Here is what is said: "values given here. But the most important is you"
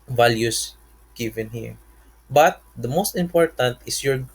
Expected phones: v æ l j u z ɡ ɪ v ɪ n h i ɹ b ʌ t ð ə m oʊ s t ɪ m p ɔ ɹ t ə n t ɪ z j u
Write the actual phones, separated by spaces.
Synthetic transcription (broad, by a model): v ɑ l j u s ɡ ɪ v ɪ n h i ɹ b ʌ t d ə m oʊ s t ɪ m p ɔ ɹ t ə n t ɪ s j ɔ